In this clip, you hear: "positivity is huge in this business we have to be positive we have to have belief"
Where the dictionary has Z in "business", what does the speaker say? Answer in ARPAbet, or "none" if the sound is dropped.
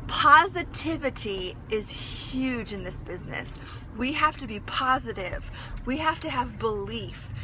Z